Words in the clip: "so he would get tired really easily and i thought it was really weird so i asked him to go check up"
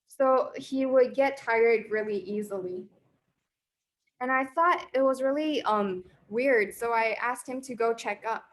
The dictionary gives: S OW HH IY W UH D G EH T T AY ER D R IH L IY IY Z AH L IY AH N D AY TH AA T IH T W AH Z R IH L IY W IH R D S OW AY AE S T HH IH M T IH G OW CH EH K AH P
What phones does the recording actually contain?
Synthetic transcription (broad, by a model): S OW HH IY W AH D G EH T T AY ER D R IH L IY IY Z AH L IY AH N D AY TH AA T IH T W AH Z R IH L IY W IH R D S OW AY AE S T HH IH M T IH G OW CH EH K AH P